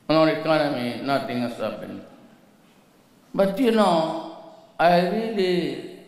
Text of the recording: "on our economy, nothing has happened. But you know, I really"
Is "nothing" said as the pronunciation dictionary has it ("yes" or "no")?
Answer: no